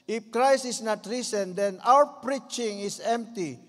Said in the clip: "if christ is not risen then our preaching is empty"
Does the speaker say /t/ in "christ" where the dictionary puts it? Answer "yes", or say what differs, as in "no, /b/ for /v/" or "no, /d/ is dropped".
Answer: no, /t/ is dropped